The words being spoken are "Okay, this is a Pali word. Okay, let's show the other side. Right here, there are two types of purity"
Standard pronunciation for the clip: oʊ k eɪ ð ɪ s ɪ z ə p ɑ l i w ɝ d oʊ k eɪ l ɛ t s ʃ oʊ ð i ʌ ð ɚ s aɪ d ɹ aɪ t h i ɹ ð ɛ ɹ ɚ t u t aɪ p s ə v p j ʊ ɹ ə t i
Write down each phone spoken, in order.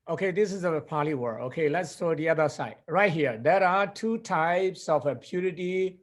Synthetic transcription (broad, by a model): oʊ k eɪ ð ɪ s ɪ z ə p ɑ l i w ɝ oʊ k eɪ l ɛ t s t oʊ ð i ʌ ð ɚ s aɪ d ɹ aɪ t h i ɹ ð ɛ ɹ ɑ t u t aɪ p s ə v p j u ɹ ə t i